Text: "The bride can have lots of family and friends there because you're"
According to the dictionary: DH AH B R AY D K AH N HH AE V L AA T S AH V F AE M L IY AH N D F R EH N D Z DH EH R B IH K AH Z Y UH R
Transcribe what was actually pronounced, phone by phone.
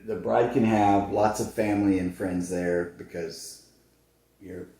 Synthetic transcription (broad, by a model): DH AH B R AY D K AH N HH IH V L AA T S AH V F AE M L IY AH N F R EH N D Z DH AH R B IH K AH Z Y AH R